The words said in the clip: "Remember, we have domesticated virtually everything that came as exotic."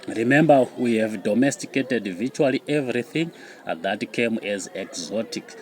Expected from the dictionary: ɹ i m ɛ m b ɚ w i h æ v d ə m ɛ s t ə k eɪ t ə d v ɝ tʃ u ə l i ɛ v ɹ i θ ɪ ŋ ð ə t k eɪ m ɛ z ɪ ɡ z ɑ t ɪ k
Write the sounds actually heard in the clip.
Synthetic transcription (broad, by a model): ɹ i m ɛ m b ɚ w i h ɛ v d ə m ɛ s t ə k eɪ t ə d v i tʃ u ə l i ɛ v ɹ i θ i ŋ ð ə t k eɪ m ɛ z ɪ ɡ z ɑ t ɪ k